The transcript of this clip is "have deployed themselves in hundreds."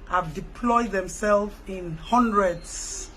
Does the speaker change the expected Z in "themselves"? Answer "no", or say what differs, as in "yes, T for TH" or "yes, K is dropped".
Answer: yes, Z is dropped